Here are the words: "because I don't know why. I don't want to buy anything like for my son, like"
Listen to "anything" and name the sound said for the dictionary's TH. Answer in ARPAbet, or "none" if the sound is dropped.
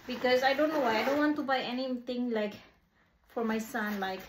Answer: T